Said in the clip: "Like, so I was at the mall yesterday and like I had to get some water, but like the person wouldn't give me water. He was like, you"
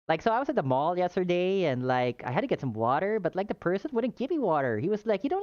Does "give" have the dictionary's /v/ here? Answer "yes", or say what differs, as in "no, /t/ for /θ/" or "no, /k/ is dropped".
no, /p/ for /v/